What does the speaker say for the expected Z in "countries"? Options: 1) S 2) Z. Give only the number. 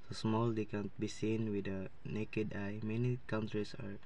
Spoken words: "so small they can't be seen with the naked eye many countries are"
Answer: 1